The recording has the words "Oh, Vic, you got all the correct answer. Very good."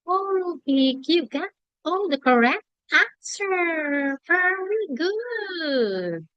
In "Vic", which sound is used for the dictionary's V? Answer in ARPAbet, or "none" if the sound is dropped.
B